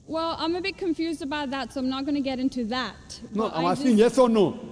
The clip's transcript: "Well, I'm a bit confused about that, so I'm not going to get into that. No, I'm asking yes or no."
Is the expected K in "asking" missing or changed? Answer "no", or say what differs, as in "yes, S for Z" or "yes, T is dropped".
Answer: yes, K is dropped